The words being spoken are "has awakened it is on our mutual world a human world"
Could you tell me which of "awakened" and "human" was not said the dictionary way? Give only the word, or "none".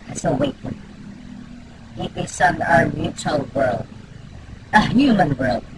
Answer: awakened